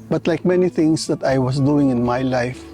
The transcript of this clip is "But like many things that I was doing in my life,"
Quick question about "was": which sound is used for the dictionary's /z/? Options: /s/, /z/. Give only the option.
/s/